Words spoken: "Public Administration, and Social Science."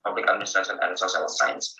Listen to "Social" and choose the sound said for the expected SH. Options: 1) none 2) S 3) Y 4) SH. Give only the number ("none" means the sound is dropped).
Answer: 2